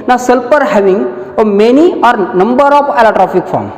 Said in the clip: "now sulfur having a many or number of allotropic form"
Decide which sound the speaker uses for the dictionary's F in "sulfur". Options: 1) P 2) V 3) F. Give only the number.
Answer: 1